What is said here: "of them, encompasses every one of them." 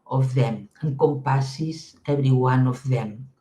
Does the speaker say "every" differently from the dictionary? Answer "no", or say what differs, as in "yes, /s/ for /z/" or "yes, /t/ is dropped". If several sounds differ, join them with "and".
yes, /b/ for /v/